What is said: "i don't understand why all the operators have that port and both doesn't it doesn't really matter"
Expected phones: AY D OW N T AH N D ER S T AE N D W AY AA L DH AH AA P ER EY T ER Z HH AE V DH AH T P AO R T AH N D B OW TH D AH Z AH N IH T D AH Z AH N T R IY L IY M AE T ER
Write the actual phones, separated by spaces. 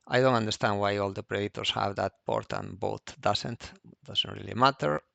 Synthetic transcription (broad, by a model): AY D OW N T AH N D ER S T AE N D W AY AA L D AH P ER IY T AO S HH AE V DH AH T P AO R T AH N B OW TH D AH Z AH N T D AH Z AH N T R IY L IY M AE T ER